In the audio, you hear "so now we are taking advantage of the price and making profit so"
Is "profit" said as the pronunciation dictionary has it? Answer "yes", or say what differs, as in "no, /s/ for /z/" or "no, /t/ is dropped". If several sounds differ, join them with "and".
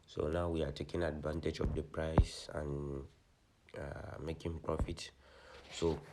yes